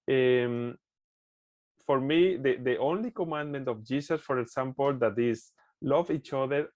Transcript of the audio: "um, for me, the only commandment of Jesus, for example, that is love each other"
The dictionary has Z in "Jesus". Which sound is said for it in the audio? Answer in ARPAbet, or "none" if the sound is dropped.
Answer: S